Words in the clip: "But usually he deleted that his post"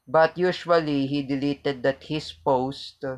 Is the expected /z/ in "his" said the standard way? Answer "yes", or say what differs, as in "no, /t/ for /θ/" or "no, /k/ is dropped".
no, /s/ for /z/